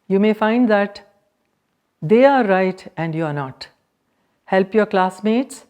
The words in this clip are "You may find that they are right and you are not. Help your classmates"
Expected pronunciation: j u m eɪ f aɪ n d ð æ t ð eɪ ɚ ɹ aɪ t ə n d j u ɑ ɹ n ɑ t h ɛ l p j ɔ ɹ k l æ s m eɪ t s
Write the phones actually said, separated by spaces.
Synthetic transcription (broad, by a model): j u m eɪ f aɪ n d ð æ t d eɪ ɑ ɹ aɪ t ə n d j u ɑ ɹ n ɑ t h ɛ l p j ɔ ɹ k l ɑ s m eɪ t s